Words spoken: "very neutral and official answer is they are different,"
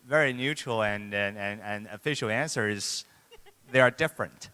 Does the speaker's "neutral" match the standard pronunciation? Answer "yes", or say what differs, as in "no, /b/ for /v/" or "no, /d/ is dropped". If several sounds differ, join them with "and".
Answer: no, /n/ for /l/